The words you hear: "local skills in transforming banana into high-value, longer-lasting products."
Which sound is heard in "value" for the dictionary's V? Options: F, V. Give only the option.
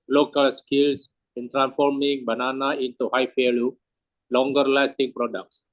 F